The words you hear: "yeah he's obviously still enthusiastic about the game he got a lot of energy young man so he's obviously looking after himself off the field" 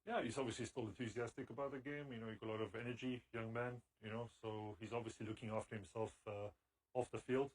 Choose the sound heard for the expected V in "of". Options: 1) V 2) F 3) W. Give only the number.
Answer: 1